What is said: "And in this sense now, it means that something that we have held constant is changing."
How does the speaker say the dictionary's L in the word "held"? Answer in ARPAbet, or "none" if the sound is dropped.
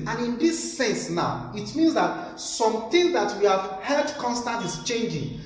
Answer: none